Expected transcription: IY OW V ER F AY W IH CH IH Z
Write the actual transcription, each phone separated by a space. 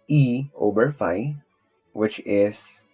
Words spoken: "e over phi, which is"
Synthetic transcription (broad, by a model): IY OW B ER F AY W IH CH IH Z